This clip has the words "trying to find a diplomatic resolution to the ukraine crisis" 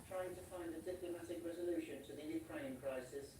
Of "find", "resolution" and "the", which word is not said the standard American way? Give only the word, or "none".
none